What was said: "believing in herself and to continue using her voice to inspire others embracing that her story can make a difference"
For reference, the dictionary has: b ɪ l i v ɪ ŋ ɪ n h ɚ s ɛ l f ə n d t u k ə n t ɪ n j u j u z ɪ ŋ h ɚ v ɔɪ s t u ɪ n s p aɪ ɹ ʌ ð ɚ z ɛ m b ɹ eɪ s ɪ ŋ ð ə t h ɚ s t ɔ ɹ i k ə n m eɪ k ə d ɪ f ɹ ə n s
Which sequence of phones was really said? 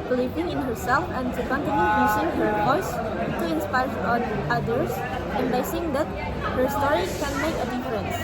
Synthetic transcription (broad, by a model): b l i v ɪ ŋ ɪ n h ɚ s ɛ l f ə n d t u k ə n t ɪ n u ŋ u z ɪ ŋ h ɚ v ɔɪ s t u ɪ n s p aɪ ɹ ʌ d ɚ s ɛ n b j s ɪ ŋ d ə t h ɚ s t ɔ ɹ i k ə n m eɪ k ə d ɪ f ɹ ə n s